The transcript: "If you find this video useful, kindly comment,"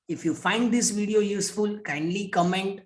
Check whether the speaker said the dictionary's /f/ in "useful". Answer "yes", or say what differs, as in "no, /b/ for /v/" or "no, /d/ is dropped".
yes